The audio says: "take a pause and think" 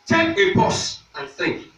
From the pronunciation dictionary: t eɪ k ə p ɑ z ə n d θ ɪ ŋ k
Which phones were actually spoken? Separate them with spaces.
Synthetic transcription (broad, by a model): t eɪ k ə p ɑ s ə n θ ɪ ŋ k